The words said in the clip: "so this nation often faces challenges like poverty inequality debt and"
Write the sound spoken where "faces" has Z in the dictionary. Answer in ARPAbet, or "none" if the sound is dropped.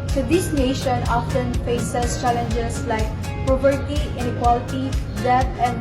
S